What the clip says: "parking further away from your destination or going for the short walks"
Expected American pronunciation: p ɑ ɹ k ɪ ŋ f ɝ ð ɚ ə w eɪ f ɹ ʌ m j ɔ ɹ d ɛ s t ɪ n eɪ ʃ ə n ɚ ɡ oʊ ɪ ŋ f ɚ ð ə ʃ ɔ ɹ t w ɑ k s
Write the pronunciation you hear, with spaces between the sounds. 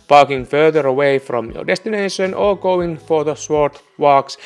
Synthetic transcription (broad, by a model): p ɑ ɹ k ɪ ŋ f ɝ ð ɚ ə w eɪ f ɹ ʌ m j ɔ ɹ d ɛ s t ɪ n eɪ ʃ ə n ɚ ɡ oʊ ɪ ŋ f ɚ ð ə s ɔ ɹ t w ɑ k s